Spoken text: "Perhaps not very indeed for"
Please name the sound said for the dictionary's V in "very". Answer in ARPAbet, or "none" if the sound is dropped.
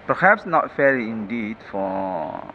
F